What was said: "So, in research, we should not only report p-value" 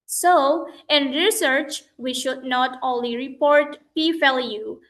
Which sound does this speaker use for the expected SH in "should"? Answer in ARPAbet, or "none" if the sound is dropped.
SH